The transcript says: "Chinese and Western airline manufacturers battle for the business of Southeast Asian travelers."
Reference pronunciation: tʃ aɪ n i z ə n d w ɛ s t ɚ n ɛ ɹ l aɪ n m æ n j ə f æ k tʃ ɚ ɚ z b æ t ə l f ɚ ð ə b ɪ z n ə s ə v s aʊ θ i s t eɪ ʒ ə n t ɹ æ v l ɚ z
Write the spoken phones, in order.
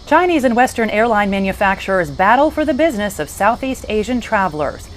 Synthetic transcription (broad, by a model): tʃ aɪ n i z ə n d w ɛ s t ɚ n ɛ ɹ l aɪ n m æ n j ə f æ k tʃ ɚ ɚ z b æ t l f ɚ ð ə b ɪ z n ə s ə v s aʊ θ i s t eɪ ʒ ə n t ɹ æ v l ɚ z